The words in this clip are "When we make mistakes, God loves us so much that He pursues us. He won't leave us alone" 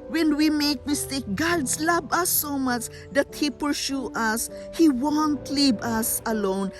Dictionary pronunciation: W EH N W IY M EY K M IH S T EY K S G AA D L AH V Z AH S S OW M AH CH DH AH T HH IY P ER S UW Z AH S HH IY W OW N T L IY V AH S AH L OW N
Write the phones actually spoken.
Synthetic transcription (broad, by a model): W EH N W IY M EY K M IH S T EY K G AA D L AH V AH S S OW M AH CH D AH T HH IY P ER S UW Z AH S HH IY W OW N T L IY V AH S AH L OW N